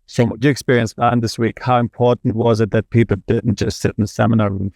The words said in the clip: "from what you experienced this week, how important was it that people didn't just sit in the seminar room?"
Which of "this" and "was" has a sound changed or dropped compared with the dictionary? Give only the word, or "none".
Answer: none